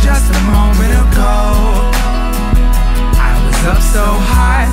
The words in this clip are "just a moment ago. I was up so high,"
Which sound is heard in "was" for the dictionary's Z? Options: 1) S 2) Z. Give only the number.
2